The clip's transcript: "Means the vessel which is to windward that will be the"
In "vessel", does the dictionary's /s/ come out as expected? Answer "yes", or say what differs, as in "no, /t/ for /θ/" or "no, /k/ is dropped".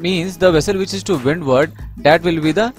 yes